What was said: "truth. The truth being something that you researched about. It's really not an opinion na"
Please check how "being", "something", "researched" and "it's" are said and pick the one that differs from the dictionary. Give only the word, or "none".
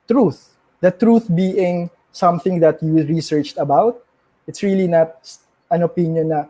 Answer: none